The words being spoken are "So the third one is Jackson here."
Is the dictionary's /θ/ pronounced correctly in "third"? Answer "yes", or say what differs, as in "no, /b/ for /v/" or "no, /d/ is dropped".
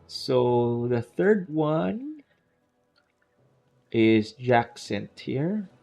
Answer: yes